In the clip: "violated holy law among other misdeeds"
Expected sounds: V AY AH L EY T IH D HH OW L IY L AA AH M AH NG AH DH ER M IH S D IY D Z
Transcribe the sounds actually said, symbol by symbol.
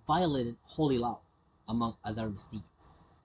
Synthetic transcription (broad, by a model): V AY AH L EY T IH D HH OW L IY L AA AH M AH NG AH DH ER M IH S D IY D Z